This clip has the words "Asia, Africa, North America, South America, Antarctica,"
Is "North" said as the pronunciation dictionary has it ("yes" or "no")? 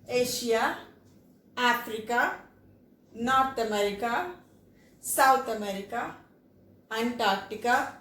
no